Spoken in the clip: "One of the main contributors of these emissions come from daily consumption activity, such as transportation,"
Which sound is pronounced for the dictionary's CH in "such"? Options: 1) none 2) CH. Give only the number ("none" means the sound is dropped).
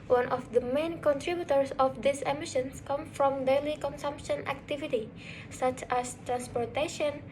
2